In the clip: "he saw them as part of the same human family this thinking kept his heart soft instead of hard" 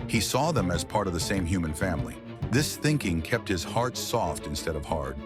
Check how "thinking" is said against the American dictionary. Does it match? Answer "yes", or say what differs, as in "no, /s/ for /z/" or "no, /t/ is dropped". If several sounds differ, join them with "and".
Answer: yes